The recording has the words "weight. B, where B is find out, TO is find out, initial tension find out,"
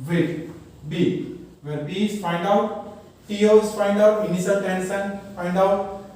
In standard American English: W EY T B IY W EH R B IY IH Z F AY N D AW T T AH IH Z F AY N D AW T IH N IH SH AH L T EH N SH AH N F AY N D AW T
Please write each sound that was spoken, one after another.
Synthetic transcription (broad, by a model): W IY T B IY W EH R B IY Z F AY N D AW T T AH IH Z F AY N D AW T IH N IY S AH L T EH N S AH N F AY N D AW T